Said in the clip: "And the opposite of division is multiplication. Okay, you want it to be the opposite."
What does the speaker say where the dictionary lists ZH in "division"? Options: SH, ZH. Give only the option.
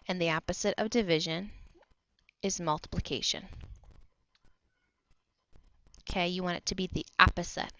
ZH